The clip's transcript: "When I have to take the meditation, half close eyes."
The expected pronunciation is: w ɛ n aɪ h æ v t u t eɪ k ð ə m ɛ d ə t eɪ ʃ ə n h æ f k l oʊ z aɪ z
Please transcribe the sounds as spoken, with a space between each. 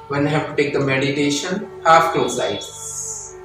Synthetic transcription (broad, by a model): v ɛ n h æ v t u t eɪ k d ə m ɛ d ə t eɪ ʃ ə n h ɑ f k oʊ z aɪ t